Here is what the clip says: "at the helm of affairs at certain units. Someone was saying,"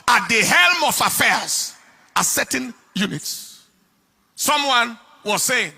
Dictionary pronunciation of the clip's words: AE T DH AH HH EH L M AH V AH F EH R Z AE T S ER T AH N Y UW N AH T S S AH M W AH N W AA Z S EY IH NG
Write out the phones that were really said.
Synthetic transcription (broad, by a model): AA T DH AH HH EH L M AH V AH F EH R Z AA S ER T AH N Y UW N AH T S S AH M W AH N W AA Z S EY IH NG